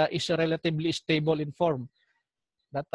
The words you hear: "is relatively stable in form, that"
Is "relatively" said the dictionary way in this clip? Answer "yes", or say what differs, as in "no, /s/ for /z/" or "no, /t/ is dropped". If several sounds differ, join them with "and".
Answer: no, /b/ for /v/